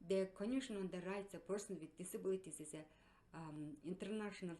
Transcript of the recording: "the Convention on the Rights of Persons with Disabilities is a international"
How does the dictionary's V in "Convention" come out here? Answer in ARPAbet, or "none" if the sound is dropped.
none